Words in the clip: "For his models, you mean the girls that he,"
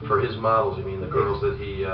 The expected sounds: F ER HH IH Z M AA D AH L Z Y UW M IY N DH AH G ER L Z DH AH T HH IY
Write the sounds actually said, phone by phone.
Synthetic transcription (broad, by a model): F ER IH Z M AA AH L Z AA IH M IY N DH AH G ER L Z DH AH T HH IY